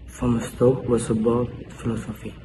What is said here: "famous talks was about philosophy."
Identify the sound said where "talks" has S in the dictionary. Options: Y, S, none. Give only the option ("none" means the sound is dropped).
none